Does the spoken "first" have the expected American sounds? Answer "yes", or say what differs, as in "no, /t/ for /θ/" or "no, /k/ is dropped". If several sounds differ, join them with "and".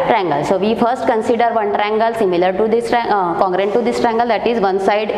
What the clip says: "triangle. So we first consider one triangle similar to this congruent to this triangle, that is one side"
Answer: yes